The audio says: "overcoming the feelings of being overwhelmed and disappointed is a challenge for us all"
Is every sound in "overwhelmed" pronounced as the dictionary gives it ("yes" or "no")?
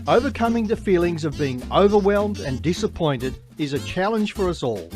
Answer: yes